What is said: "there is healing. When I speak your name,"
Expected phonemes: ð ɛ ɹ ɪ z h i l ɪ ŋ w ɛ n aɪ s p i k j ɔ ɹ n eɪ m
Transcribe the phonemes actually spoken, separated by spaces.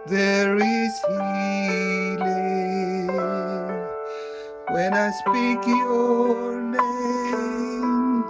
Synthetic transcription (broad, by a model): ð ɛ ɹ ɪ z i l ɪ w ɛ n aɪ s p i k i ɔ l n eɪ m